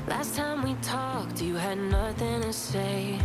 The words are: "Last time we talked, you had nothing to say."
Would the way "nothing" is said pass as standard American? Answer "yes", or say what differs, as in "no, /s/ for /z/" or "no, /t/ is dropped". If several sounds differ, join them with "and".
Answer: yes